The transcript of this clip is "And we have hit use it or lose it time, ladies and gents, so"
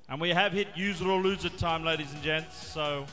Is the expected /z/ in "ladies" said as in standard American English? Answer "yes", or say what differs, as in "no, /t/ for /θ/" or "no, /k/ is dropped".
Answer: yes